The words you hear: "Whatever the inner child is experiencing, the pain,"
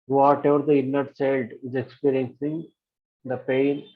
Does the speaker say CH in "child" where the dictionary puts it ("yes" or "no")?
no